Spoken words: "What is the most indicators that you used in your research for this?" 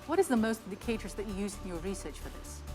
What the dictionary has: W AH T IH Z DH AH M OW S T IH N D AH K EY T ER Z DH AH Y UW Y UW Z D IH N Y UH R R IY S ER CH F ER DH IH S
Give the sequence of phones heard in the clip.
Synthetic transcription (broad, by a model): W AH T IH Z DH AH M OW S T IH N D AH K EY T ER Z DH AH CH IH Y UW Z IH N Y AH R R IY S ER CH F ER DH IH S